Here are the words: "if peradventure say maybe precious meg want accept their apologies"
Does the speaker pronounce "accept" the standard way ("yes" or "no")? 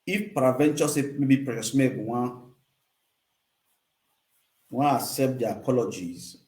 no